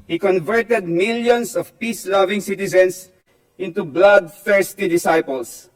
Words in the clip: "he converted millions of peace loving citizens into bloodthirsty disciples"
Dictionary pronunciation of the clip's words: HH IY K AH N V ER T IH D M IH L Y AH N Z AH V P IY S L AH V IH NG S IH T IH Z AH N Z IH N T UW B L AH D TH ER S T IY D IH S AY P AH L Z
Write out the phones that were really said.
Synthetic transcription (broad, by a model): HH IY K AH N V ER T IH D M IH L Y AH N S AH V P IY S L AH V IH NG S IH T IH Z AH N S IH N T UW B L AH D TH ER S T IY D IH S AY P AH L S